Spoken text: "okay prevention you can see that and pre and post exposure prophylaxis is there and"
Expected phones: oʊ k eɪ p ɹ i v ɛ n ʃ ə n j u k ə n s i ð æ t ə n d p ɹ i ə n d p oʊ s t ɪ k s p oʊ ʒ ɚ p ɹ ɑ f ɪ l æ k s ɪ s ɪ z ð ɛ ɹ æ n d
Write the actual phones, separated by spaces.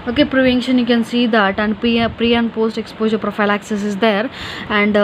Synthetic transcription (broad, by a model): oʊ k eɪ p ɹ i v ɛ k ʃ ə n j u k ə n s i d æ t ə n d p ɹ i ə n d p oʊ s t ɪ k s p oʊ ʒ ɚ p ɹ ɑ f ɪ l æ k s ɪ s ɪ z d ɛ ɹ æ n d